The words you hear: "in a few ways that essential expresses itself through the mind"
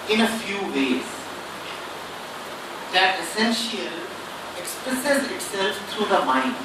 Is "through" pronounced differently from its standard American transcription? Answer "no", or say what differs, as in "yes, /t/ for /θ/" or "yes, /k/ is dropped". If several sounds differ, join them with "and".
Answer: yes, /t/ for /θ/